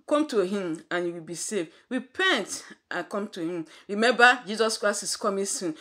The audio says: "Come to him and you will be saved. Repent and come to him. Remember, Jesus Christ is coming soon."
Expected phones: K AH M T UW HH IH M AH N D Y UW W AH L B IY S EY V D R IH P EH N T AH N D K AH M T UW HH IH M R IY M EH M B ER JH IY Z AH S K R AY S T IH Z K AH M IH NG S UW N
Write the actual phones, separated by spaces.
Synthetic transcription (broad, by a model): K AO M T UW HH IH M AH N Y UW W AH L B IY S EY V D R IH P EH N T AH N K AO M T UW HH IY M R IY M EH M B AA JH IY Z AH S K R AY S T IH S K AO M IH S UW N